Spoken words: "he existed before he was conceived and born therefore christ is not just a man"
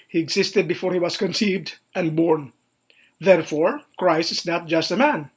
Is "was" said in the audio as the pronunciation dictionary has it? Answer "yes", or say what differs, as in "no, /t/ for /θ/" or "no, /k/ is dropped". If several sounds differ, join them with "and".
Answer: no, /s/ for /z/